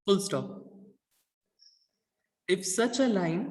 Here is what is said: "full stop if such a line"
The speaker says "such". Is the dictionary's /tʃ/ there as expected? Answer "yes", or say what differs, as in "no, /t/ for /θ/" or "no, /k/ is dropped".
yes